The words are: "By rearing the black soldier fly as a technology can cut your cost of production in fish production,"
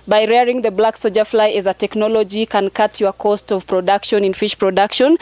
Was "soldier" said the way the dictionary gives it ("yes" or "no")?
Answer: no